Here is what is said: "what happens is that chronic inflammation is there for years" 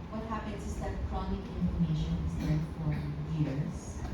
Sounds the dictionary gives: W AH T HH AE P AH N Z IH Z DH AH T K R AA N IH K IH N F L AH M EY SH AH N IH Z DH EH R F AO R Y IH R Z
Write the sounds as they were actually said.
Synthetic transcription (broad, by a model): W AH T HH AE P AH N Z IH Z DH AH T K R AA N IH K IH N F AH M EY SH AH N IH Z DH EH F AO R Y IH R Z